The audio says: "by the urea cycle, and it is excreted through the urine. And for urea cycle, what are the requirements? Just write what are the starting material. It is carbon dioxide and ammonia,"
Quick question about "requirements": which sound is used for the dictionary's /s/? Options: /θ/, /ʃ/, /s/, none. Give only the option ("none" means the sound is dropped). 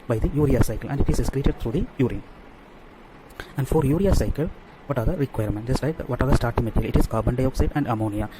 none